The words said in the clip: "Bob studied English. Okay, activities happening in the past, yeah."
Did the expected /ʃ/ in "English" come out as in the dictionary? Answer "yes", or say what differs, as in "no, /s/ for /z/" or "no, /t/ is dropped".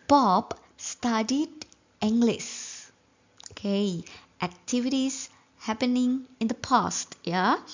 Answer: no, /s/ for /ʃ/